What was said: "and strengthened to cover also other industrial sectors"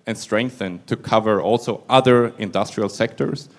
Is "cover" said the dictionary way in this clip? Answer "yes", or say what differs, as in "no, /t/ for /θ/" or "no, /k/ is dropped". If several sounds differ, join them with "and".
yes